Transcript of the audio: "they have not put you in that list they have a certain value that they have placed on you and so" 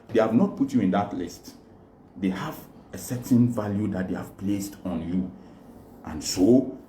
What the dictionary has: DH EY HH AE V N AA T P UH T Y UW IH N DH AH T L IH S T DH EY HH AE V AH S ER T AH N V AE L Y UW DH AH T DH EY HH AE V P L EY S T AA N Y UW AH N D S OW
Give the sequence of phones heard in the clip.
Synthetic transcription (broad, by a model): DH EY HH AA V N AA T P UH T Y UW IH N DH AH T L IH S T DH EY HH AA V AH S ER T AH N V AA L Y UW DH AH T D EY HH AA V P L EY S T AA N Y UW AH N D S OW